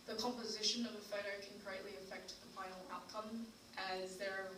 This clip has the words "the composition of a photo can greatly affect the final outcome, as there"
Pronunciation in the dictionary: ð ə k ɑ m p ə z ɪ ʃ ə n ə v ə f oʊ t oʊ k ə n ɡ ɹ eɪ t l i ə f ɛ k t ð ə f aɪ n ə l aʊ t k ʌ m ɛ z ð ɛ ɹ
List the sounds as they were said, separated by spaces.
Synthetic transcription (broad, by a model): ð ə k ɑ m p ə z ɪ ʃ ə n ə v ə f oʊ t oʊ k ə n ɡ ɹ eɪ t l i ə f ɛ k t ð ə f aɪ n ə l aʊ t k ʌ m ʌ z ð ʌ ɹ